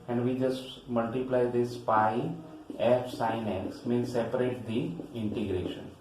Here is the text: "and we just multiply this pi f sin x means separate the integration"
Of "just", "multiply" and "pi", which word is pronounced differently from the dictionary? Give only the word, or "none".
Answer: none